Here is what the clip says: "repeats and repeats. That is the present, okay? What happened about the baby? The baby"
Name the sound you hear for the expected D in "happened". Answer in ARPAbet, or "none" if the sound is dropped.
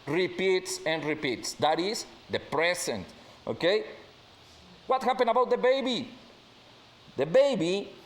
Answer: none